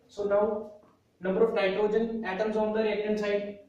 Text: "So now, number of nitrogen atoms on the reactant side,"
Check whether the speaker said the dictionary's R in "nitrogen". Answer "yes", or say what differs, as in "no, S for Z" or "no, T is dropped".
no, R is dropped